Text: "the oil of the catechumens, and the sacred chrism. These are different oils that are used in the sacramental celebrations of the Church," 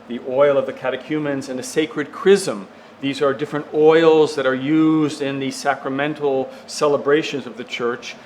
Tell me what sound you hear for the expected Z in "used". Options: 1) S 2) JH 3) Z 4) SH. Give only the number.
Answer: 3